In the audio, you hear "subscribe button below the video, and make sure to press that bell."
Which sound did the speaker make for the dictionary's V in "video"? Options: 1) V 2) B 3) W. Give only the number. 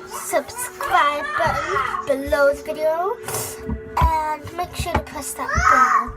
1